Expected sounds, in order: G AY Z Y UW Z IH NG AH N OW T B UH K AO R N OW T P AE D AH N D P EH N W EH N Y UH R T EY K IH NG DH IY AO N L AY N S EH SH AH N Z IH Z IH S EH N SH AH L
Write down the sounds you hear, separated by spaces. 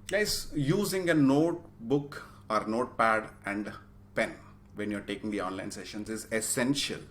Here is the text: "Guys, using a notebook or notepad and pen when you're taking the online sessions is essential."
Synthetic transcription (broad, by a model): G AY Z Y UW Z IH NG AH N OW T B UH K AO R N OW T P AE D AH N D P EH N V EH N Y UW R T EY K IH NG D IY AO N L AY N S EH SH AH N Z IH Z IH S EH N SH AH L